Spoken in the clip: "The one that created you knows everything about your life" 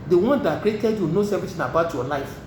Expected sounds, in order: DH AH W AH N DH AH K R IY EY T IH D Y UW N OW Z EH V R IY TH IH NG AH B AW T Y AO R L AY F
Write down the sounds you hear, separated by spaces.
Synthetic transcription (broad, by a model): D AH W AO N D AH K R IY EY T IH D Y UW N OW S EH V IY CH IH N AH B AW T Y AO L AY F